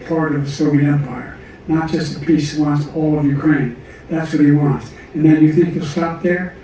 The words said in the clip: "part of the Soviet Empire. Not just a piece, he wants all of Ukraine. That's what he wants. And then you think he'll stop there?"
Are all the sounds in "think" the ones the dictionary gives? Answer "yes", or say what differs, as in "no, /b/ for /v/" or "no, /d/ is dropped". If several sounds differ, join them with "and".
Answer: yes